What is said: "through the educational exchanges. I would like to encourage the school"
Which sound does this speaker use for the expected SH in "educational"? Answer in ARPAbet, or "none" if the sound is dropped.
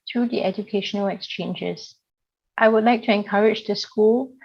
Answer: SH